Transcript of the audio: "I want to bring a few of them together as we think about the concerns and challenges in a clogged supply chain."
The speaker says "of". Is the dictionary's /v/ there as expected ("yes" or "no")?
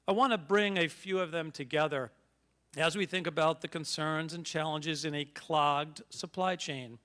yes